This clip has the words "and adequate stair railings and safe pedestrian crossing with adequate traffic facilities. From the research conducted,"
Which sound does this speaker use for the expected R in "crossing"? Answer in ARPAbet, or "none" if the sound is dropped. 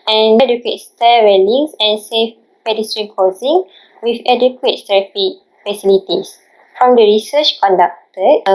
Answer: none